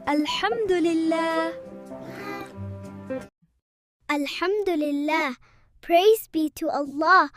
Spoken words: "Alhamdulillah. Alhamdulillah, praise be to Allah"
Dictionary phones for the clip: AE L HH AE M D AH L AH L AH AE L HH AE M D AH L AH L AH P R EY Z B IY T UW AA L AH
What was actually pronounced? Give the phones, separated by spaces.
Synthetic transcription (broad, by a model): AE L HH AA M D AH L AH L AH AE L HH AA M D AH L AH L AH P R EY Z B IY T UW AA L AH